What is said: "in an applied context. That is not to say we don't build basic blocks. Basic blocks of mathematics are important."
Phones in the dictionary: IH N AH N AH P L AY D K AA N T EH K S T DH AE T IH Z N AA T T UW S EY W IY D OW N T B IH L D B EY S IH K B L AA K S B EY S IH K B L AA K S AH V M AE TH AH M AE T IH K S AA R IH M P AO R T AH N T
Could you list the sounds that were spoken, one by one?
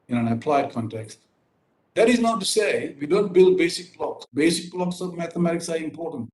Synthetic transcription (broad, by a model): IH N AH N AH P L AY D K AA N T EH K S T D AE T IH Z N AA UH T UW S EY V IY D OW N T B IH L D B EY S IH K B L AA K S B EY S IH K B L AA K S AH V M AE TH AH M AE T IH K S AA R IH M P AO R T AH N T